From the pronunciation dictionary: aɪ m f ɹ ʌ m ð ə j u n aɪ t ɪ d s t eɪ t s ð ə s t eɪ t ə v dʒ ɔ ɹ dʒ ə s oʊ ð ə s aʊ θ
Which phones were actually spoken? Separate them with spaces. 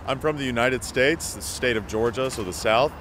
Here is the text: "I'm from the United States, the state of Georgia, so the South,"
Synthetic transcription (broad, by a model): aɪ m f ɹ ʌ m ð ə j u n aɪ t ɪ d s t eɪ t s ð ə s t eɪ t ə v dʒ ɔ ɹ dʒ ə s oʊ ð ə s aʊ θ